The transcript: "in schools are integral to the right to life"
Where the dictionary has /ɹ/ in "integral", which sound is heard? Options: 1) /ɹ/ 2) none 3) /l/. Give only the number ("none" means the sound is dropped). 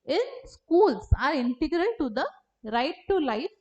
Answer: 1